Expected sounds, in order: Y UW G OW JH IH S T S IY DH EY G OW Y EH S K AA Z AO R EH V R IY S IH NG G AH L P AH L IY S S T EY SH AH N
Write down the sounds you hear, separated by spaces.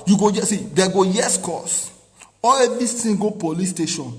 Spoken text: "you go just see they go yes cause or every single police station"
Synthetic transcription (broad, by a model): Y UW G OW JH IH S S IY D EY G OW Y EH S K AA S AO L EH V R IY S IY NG G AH P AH L IY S S T EY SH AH N